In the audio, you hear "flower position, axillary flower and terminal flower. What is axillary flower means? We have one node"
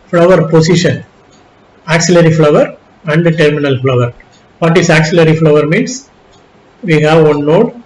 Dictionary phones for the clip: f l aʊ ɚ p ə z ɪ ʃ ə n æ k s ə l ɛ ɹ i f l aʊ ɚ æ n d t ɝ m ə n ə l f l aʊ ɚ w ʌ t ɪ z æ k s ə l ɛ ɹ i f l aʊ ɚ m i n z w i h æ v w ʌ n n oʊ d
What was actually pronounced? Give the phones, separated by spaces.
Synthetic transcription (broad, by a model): f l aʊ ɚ p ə s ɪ ʃ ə n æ k s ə l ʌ ɹ i f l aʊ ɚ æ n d t ɝ m ə n ə l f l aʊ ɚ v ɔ t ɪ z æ k s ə l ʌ ɹ i f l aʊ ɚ m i n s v i h æ v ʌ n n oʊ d